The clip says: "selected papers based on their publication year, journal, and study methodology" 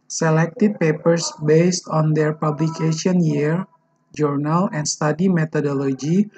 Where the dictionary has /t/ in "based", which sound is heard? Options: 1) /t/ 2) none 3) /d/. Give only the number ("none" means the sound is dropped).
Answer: 1